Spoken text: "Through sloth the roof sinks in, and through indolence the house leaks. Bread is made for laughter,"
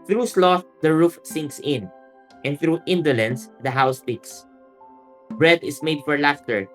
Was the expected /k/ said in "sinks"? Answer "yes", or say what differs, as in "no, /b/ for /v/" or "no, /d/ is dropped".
yes